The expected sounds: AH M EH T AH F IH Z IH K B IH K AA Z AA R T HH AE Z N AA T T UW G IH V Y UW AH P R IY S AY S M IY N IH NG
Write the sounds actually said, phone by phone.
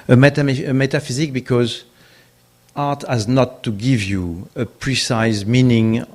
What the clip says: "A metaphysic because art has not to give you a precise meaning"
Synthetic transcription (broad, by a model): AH M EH T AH F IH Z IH K B IH K AA Z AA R T HH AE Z N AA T T UW G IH V Y UW AH P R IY S AY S M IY N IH NG